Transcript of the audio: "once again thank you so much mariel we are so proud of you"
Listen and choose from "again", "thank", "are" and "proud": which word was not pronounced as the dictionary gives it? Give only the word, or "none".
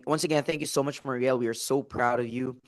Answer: none